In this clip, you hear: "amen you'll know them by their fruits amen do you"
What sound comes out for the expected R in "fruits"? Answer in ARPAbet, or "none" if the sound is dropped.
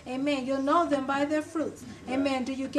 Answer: R